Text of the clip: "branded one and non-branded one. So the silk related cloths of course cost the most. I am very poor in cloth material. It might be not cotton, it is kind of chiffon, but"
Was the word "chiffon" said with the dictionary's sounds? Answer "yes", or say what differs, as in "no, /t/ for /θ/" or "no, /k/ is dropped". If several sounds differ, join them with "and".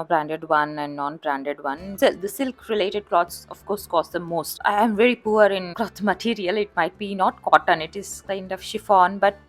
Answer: yes